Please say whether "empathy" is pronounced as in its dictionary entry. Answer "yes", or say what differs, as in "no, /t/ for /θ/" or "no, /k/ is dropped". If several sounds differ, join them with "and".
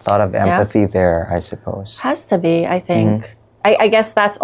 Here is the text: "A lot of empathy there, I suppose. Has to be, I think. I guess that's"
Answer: yes